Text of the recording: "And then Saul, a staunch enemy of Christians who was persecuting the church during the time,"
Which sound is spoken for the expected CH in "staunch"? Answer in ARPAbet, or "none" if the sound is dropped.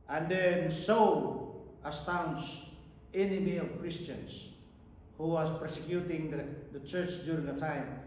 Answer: S